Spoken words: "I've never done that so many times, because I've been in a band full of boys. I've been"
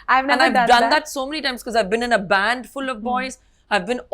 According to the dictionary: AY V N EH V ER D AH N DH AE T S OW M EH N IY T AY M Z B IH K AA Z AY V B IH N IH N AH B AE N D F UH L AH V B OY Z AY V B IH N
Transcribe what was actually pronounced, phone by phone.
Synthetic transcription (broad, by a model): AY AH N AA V D AH N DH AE T S OW M EH N IY T AY M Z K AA Z AY V B IH N IH N AH B AE N D F UH L AH V B OY Z AY V B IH N